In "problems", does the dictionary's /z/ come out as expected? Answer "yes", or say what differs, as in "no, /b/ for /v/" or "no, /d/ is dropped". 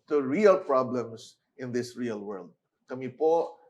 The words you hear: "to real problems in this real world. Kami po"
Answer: no, /s/ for /z/